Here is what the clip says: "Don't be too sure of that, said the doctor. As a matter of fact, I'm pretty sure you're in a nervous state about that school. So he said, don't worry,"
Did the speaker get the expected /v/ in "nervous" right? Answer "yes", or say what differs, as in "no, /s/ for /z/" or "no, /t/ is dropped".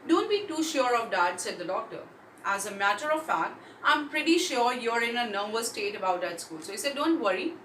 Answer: no, /b/ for /v/